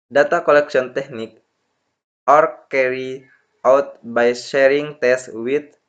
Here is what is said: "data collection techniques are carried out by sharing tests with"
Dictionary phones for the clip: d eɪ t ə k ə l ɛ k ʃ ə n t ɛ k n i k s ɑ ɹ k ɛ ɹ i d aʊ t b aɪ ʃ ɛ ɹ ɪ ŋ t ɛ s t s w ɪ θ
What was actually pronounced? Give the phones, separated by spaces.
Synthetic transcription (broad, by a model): d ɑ t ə k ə l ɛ k s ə n t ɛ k n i k ɑ ɹ k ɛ ɹ i aʊ t b aɪ ʃ ɛ ɹ ɪ ŋ t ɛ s s w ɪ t